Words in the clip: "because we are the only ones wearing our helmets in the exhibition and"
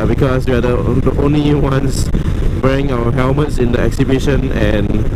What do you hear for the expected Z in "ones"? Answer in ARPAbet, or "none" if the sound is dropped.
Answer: S